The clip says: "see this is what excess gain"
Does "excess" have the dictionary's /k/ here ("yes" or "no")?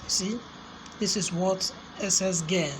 no